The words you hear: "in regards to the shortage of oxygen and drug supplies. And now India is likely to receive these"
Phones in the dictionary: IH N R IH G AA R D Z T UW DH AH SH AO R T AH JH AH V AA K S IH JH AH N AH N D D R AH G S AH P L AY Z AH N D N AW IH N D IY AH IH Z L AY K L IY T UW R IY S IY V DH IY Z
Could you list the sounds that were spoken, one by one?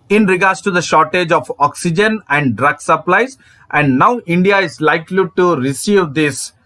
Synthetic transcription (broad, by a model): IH N R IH G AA R D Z T UW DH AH SH AO R T AH JH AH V AA K S IH JH AH N AH N D D R AH G S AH P L AY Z AH N D N AW IH N D IY AH IH Z L AY K L IY T UW R IY S IY V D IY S